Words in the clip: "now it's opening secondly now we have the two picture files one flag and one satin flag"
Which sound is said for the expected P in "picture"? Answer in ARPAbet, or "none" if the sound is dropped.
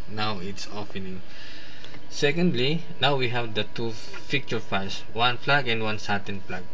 F